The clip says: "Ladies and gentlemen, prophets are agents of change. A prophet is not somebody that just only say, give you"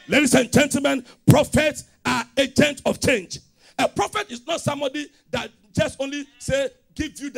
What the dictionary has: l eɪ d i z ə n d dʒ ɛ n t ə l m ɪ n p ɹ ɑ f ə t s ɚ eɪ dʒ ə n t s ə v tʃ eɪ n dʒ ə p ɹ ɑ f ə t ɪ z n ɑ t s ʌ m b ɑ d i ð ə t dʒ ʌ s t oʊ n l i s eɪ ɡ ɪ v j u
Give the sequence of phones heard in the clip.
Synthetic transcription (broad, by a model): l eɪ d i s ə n dʒ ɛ n t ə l m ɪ n p ɹ ɑ f ə t s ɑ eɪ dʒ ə n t ə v tʃ eɪ n dʒ ə p ɹ ɑ f ə t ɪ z n ɑ t s ʌ m b ɑ d i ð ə t dʒ ʌ s t oʊ n l i s eɪ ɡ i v j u